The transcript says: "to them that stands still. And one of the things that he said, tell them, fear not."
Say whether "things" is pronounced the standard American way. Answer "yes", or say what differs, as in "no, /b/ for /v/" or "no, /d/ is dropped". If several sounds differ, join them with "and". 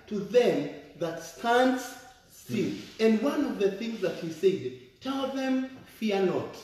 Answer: yes